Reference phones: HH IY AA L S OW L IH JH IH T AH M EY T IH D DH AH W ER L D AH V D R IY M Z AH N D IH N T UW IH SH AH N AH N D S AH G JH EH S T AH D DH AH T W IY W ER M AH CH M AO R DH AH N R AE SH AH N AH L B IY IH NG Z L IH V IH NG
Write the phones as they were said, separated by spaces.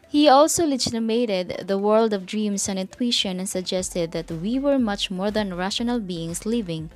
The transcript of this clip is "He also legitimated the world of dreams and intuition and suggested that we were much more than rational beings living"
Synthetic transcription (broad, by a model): HH IY AA L S OW L IH JH IH T AH M EY T IH D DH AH W ER L D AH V D R IY M S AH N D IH N T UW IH SH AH N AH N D S AH G JH EH S T AH D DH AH T W IY W ER M AH CH M AO R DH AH N R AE SH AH N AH L B IY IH NG S L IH V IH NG